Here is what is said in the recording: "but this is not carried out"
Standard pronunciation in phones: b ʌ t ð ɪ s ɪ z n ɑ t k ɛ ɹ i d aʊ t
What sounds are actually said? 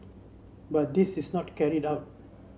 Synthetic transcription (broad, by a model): b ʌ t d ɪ s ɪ s n ɑ t k ɛ ɹ i d aʊ t